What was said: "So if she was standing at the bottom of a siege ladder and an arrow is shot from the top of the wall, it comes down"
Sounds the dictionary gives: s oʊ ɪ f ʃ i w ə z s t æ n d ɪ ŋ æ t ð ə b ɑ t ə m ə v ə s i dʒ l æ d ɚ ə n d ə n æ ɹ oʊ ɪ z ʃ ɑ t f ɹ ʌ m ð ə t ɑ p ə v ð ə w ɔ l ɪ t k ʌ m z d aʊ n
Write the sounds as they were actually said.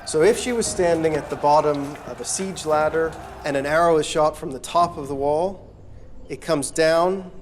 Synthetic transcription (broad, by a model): s oʊ ɪ f ʃ i w ə z s t æ n d ɪ ŋ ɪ t ð ə b ɑ t ə m ə v ə s i dʒ l æ d ɚ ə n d ə n æ ɹ oʊ ɪ z ʃ ɑ t f ɹ ʌ m ð ə t ɑ p ə v ð ə w ɔ l ɪ t k ʌ m z d aʊ n